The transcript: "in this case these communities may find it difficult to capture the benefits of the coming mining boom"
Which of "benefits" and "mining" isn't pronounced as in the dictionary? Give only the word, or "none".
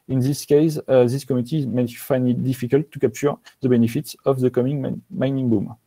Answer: none